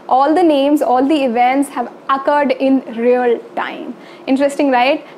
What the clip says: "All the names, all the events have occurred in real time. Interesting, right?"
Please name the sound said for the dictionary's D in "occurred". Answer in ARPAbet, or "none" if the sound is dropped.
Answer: D